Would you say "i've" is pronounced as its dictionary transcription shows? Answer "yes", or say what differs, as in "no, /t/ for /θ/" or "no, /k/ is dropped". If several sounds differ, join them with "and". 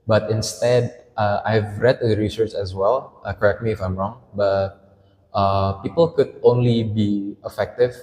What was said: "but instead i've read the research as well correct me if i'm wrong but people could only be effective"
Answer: yes